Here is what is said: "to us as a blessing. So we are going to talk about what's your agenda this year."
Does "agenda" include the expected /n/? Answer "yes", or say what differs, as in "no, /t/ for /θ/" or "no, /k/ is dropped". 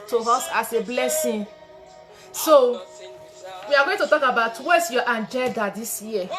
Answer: no, /l/ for /n/